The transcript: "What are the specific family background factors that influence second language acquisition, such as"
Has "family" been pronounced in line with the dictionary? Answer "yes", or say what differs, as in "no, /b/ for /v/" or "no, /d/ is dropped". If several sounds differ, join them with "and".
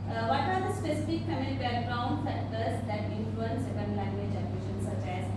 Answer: no, /l/ is dropped